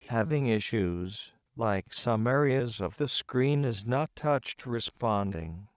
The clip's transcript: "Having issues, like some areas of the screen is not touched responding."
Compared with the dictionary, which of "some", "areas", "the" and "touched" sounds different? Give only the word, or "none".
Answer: none